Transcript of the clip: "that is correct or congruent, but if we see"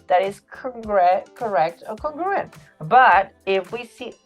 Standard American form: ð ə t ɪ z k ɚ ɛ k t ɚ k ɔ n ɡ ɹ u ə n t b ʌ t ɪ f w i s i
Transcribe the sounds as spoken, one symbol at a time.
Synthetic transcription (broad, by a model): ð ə t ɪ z k ɚ ɛ k t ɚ k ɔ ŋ ɡ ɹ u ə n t b ʌ t ɪ f w i s i